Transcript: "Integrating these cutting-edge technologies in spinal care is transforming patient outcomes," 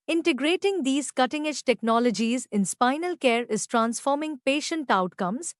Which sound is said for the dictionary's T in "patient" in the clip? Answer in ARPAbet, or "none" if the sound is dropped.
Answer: T